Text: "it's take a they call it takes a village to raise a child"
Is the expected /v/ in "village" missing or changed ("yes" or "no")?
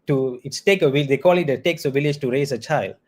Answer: no